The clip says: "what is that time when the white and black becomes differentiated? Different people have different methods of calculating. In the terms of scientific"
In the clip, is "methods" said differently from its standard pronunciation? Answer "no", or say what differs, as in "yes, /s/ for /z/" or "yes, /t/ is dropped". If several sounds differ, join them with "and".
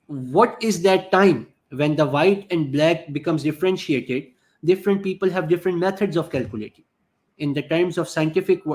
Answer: yes, /t/ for /θ/